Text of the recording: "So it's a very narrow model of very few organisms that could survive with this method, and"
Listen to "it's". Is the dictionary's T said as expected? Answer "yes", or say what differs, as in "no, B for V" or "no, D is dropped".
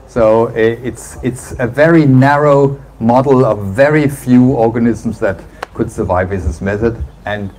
yes